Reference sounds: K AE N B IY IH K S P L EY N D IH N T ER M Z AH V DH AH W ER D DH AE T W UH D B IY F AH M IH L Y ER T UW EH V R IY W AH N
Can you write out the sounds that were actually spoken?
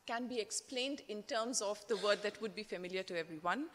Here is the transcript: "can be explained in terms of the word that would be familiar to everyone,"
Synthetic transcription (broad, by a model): K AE N B IY IH K S P L EY N D IH N T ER M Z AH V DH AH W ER D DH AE T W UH D B IY F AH M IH L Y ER T UW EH V R IY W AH N